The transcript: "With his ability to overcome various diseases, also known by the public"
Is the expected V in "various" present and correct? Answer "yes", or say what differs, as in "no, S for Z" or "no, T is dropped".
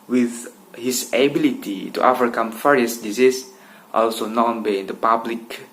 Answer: no, F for V